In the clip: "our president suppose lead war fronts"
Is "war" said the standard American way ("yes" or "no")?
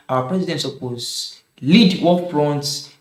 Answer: no